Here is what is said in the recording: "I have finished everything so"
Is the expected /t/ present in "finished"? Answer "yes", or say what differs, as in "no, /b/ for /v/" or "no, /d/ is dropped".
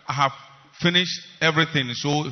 yes